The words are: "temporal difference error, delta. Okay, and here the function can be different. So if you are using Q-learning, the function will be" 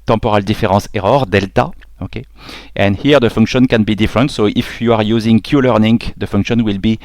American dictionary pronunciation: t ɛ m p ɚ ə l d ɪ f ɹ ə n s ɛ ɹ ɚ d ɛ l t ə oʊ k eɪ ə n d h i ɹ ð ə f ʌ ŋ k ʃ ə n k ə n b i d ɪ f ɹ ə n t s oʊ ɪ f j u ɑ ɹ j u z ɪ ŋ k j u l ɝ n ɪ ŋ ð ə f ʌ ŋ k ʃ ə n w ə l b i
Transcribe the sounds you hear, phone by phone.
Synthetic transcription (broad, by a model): t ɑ p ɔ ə l d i f ɹ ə s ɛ ɹ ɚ d ɛ l t ə oʊ k eɪ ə n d h i ɹ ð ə f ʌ ŋ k ʃ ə n k ə n b i d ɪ f ɹ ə n t s oʊ ɪ f j u ɑ ɹ j u z ɪ ŋ k j u l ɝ n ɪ ŋ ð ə f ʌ ŋ k ʃ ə n w ə l b i